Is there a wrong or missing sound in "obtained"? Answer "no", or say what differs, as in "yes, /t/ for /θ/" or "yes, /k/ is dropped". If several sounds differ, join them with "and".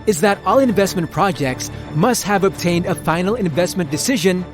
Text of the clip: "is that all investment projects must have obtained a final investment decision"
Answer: no